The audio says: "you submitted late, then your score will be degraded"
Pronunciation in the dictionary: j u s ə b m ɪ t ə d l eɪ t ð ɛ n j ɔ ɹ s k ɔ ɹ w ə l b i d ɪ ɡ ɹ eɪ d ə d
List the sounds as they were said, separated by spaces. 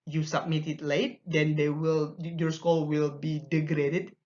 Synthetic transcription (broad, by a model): j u s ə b m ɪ t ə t l eɪ t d ɛ n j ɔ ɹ s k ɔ l w ə l b i d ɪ ɡ ɹ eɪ d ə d